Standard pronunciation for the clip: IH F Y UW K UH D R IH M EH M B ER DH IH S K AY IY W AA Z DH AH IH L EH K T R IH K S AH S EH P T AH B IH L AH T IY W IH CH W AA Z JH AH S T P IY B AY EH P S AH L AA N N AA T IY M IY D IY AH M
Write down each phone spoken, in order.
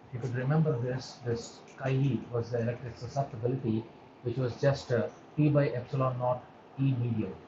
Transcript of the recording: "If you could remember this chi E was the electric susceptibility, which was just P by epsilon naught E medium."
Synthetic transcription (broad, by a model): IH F Y UW K UH D R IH M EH M B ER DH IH S K AY IY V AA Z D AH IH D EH K T IH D S AH S EH P T AH B IH L AH T IY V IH CH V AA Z JH AH S T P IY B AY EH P S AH L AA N N AA T IY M IY D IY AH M